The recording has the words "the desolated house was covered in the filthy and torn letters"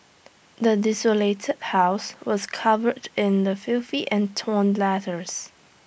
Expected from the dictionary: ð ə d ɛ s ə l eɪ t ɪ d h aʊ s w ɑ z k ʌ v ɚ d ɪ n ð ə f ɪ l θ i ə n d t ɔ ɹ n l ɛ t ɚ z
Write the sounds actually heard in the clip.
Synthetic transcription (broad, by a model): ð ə d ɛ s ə l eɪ t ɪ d h aʊ s w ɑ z k ʌ v ɚ d ɪ n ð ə f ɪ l f i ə n t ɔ n l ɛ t ɚ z